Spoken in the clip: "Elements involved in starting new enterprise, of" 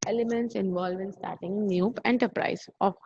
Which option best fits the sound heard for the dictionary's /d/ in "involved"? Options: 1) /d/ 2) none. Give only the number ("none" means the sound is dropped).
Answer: 2